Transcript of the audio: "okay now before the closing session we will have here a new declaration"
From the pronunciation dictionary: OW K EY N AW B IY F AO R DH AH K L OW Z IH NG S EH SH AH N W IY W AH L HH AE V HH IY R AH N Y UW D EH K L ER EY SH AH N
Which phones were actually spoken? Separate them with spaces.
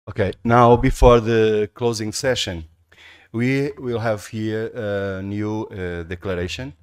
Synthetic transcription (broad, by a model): OW K EY N AW B IY F AO R DH AH K L OW Z IH NG S EH SH AH N W IY W AH L HH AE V HH IY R AH N Y UW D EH K L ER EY SH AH N